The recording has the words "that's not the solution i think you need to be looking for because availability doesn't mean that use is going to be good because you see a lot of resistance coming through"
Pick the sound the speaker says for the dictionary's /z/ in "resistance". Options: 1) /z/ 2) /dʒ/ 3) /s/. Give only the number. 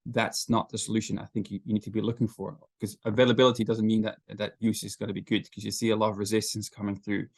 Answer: 1